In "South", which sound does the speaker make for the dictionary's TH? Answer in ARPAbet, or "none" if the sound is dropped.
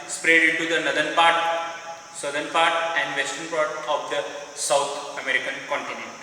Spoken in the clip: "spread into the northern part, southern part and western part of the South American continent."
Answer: T